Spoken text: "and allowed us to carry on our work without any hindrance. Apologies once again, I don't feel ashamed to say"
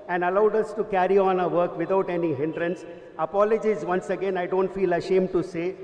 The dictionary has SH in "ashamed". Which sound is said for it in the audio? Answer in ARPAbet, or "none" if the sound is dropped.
SH